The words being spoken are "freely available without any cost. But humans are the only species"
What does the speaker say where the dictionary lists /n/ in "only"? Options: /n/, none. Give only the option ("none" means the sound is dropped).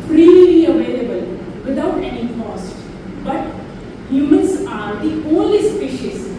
none